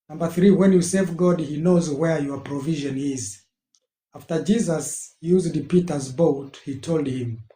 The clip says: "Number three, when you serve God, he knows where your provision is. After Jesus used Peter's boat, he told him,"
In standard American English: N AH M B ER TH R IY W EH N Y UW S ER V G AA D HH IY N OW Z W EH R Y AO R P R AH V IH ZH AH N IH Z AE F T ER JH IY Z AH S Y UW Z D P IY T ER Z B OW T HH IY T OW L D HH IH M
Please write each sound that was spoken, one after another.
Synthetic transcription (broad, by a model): N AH M B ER TH R IY W EH N Y UW S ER V G AA D HH IY N OW Z W EH R Y AO R P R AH V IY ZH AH N IH Z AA F T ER JH IY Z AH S Y UW Z D P IY T ER Z B OW T HH IY T OW L D HH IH M